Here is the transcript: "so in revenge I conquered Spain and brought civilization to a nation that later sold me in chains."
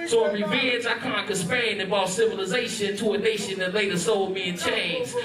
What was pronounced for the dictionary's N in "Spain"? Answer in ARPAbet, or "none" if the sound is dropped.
none